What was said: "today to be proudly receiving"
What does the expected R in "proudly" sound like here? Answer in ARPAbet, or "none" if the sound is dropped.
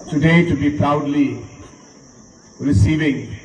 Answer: R